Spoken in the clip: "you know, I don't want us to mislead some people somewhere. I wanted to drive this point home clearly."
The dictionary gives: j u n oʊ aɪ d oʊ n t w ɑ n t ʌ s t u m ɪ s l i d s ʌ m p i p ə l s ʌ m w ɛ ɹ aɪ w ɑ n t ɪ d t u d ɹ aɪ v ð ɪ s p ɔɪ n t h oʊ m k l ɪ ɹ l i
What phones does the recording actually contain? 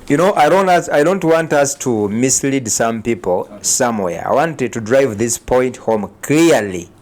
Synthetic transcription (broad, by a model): j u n oʊ aɪ d oʊ n t w ɑ n t ʌ s t u m ɪ s l i d s ʌ m p i p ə l s ʌ m w ɛ ɹ aɪ w ɑ n t ɪ d t u d ɹ aɪ v ð ɪ s p ɔɪ n t h oʊ m k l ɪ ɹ l i